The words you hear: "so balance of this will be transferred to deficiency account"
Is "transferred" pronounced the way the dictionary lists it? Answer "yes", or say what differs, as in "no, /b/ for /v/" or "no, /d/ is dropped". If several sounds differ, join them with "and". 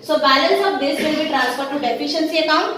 no, /p/ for /f/